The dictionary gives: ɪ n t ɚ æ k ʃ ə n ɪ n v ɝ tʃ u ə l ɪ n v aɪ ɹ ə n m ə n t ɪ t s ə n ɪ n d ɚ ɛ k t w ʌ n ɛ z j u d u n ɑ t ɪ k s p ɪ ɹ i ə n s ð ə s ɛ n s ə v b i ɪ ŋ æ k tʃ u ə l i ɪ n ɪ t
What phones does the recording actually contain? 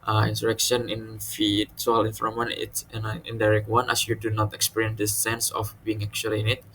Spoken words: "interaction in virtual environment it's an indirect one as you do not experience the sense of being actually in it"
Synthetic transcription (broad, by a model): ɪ n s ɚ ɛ k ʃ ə n ɪ n f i s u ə l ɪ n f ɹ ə m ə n ɪ t s ə n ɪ n d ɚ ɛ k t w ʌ n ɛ s j u d u n ɑ t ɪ k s p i ɹ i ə n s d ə s ɛ n s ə f b i ɪ ŋ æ k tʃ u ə l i ɪ n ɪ t